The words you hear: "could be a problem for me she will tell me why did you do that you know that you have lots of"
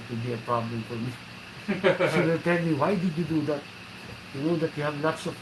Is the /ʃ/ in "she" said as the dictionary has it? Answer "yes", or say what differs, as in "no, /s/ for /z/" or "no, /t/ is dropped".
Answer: no, /s/ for /ʃ/